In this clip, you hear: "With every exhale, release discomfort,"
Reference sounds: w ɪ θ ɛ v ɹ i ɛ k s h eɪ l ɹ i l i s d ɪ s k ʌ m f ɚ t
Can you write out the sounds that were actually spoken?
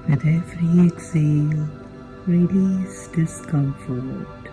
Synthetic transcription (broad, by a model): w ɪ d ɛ f ɹ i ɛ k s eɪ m ɹ i l i s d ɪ s k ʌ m f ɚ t